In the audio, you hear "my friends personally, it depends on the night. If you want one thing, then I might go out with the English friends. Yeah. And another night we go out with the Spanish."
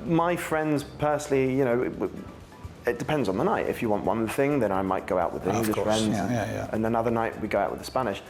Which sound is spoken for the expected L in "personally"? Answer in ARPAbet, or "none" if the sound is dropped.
N